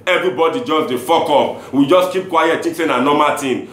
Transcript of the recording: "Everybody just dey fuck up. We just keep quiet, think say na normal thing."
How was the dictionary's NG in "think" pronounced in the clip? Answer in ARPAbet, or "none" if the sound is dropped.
none